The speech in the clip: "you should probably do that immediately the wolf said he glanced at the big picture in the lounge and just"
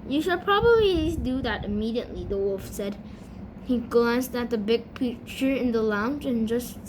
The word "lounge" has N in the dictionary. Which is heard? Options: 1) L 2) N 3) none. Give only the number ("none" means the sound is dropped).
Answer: 2